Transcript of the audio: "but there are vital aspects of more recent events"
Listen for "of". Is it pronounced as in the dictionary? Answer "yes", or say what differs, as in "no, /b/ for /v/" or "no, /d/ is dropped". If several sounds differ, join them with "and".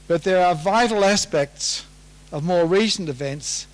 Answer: yes